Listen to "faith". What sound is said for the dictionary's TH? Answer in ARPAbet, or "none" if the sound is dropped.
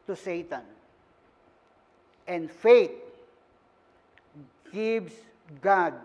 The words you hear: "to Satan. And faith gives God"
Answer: T